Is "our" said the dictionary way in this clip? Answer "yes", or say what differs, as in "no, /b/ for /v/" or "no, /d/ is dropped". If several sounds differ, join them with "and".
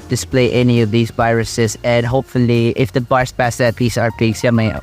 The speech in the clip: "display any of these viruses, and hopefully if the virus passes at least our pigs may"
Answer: yes